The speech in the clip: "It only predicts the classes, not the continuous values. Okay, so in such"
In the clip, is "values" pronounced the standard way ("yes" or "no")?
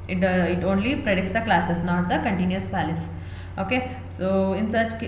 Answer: no